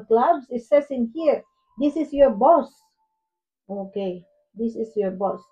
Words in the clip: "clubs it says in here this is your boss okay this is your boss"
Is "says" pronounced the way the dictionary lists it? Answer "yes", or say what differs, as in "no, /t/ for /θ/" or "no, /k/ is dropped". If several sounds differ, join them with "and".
no, /s/ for /z/